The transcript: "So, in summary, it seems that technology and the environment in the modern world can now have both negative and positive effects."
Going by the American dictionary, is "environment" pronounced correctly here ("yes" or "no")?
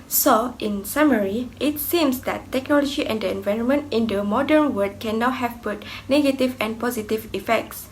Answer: yes